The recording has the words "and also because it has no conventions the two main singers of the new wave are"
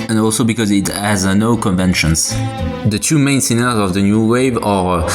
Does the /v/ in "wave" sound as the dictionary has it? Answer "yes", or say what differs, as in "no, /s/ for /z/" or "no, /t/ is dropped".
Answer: yes